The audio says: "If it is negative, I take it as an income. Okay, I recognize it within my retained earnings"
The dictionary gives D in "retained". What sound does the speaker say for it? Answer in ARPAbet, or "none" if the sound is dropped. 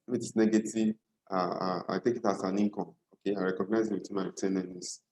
none